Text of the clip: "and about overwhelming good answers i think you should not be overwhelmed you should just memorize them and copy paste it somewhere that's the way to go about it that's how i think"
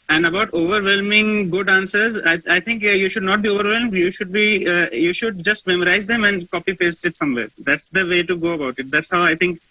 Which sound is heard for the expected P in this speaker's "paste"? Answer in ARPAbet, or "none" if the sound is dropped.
P